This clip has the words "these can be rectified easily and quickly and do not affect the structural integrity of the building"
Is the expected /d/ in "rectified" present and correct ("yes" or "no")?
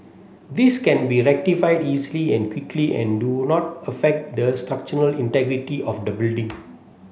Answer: yes